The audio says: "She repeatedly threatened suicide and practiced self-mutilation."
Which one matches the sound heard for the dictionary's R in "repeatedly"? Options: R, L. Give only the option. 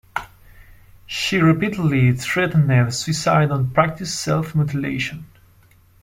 R